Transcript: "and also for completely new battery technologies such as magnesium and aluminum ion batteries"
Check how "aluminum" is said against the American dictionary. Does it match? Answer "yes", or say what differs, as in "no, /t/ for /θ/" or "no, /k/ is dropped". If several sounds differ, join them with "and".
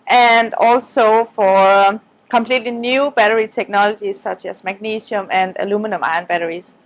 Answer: yes